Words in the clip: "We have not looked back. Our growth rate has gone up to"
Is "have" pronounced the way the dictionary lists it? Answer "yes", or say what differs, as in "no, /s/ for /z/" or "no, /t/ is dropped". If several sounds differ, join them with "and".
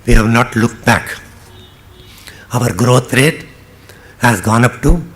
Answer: yes